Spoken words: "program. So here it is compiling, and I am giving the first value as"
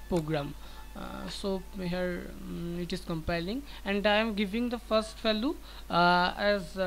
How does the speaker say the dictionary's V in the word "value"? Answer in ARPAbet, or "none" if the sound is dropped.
F